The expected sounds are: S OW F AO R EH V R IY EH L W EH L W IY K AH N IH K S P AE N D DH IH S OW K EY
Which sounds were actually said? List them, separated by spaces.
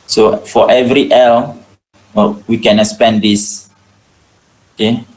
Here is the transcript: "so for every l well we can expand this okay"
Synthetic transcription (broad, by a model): S OW F AO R EH V R IY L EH L W IY K AH N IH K S P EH N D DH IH S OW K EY